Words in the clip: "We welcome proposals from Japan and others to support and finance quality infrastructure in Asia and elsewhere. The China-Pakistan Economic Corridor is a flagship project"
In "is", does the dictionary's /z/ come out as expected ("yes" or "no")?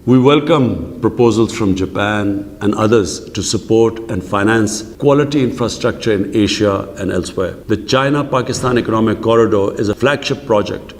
yes